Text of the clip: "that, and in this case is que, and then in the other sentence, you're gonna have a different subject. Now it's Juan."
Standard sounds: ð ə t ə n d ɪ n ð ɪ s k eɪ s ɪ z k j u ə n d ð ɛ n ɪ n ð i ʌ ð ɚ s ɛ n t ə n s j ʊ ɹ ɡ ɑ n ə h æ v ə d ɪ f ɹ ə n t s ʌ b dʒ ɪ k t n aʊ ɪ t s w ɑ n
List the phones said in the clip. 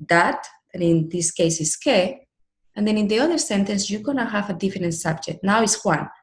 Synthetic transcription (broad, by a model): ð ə t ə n ɪ n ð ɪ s k eɪ s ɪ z k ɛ ə n d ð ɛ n ɪ n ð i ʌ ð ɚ s ɛ n t ə n s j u ɡ ɑ n ə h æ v ə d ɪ f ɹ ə n t s ʌ b dʒ ɪ k t n aʊ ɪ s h w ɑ n